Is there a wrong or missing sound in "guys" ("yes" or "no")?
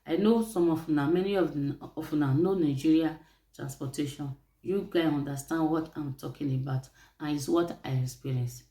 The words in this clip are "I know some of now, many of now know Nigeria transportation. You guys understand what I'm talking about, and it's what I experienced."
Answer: yes